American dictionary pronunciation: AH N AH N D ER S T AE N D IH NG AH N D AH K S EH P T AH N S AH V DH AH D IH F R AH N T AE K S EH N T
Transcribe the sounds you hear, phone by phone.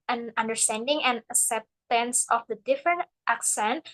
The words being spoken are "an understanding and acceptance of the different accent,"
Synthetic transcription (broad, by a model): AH N AH N D ER S T AE N D IH NG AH N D AH K S EH P T AH N S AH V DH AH D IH F R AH N T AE K S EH N T